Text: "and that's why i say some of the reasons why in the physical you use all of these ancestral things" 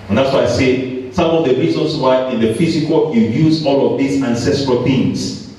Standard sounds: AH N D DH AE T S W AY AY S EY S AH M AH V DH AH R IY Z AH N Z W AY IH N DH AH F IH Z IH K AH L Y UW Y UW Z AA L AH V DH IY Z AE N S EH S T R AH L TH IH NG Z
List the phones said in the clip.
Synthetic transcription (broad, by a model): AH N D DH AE T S W AY AY S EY S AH M AH V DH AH R IY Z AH N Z W AY IH N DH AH F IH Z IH K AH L Y UW Y UW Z AA L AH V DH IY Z AE N S EH S T R AH L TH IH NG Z